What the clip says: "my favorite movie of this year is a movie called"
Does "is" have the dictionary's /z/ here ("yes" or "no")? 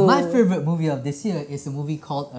no